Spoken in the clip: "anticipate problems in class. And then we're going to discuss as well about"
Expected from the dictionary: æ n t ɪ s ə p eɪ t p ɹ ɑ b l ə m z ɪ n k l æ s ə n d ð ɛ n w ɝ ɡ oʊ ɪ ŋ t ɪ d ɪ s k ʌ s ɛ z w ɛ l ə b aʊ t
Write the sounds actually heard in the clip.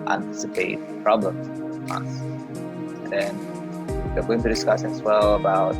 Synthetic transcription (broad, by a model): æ n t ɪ s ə p eɪ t p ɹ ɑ b l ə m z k æ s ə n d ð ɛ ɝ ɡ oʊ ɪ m t ɪ d ɪ s k ʌ s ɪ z w ɛ l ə b aʊ t